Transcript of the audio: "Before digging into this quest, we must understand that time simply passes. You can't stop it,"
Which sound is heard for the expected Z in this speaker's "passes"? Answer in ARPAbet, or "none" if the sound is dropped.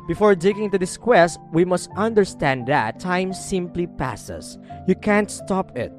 S